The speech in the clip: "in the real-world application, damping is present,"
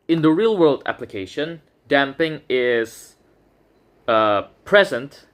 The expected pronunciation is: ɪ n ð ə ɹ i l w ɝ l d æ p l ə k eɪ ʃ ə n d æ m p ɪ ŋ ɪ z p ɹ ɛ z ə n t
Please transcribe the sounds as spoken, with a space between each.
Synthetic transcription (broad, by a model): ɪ n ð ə ɹ i l w ɝ l d æ p l ə k eɪ ʃ ə n d æ m p ɪ ŋ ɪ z p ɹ ɛ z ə n t